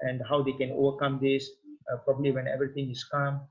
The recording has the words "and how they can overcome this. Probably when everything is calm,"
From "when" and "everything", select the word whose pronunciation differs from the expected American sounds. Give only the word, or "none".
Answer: everything